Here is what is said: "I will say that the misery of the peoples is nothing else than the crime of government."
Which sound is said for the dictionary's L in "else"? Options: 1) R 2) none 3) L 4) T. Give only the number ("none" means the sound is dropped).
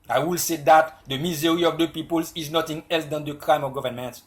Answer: 3